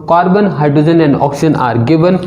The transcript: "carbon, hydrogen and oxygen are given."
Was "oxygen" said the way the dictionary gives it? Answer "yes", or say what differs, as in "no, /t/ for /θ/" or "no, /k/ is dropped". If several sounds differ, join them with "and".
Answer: no, /dʒ/ is dropped